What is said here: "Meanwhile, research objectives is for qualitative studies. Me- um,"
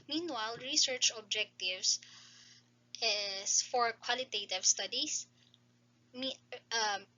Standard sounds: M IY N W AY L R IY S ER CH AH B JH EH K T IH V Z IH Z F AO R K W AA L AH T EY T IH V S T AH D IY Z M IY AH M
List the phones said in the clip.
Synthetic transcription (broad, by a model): M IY N W AY L R IY S ER CH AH B JH EH K T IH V S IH S F AO R K W AA L AH T EY T IH V S T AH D IY S M IY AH M